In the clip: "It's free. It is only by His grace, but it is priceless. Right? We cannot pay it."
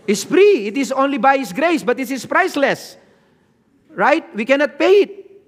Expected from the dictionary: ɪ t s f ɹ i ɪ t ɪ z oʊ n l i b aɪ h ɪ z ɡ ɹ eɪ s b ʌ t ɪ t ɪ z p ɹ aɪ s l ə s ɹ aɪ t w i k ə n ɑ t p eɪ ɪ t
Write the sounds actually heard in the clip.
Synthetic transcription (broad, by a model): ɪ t s f ɹ i ɪ t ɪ s oʊ n l i b aɪ h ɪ s ɡ ɹ eɪ s b ʌ t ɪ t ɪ s p ɹ aɪ s l ə s ɹ aɪ t w i k ə n ɑ t p eɪ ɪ t